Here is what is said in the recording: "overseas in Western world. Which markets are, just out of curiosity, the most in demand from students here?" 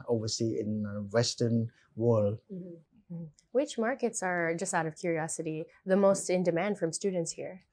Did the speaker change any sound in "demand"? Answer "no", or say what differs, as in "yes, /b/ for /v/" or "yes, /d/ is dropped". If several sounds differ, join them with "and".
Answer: no